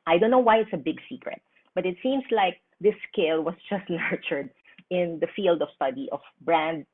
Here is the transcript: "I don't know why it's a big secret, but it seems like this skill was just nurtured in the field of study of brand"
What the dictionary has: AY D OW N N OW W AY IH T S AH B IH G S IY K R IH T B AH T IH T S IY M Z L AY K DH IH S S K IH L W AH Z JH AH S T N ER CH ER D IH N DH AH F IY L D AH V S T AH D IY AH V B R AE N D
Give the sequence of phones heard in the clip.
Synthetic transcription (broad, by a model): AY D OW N N OW W AY IH T S AH B IH G S IY K R IH T B AH T IH T S IY M S L AY K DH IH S S K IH L W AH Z JH AH S T N ER CH ER D IH N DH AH F IY L D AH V S T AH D IY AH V B R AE N D